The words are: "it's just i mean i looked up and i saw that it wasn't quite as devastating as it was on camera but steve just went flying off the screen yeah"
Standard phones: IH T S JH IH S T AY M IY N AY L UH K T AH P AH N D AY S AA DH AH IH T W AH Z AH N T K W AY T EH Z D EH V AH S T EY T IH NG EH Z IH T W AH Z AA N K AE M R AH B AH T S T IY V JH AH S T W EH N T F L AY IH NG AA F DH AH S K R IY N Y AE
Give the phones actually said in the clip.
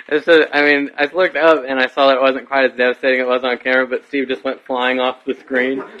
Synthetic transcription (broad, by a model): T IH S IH AY M IY N AY L UH K T AH P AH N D AY S AA DH AH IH T W AH Z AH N K W AY T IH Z D EH V AH S T EY T IH NG IH T W AH Z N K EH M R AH B AH T S T IY V JH AH S T W EH N T F L AY IH NG AA F DH AH S K R IY N